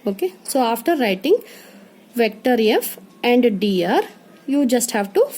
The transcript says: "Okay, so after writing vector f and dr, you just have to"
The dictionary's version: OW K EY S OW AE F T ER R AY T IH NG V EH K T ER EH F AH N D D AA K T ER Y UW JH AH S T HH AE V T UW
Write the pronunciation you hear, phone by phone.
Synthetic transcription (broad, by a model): OW K EY S OW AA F T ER R AY T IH NG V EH K T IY EH F AH N D D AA T Y UW JH AH S T HH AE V T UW